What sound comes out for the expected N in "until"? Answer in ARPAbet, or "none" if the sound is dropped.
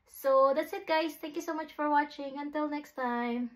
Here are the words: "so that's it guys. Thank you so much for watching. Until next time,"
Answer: N